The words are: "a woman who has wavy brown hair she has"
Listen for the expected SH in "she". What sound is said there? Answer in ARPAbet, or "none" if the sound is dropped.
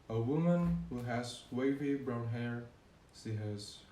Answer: S